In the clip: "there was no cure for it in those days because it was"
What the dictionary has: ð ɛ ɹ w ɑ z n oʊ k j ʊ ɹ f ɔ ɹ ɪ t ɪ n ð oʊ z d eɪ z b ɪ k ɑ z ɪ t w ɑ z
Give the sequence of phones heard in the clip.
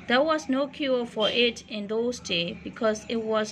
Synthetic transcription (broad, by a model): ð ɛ w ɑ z n oʊ k j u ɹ f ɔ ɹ ɪ t ɪ n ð oʊ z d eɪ b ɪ k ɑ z ɪ t w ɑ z